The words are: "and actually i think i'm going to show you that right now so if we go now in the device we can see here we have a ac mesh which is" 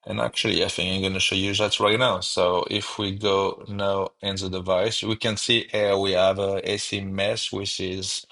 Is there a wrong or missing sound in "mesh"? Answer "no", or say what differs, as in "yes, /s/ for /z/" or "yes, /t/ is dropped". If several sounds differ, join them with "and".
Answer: yes, /s/ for /ʃ/